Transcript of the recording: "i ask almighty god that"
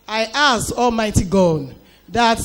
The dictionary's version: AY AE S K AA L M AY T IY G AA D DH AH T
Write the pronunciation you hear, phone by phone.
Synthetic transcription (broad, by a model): AY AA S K AA L M AY T IY G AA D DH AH T